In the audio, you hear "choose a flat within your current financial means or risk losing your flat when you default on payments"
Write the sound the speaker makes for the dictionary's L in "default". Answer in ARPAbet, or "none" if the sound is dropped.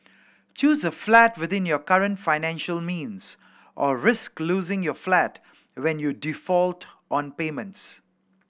L